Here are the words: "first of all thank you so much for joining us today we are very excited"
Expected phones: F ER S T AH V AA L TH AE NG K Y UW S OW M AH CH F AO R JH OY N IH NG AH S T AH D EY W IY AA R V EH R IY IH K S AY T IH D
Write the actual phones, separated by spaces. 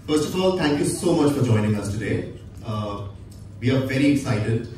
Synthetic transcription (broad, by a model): F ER S T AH F AA L T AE NG K Y UW S OW M AH CH F AO R JH OY N IH NG AH S T AH D EY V IY AA R V EH R IY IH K S AY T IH D